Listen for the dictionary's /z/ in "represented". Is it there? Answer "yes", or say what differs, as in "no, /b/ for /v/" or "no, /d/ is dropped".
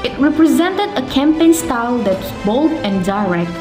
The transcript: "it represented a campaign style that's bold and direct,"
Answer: yes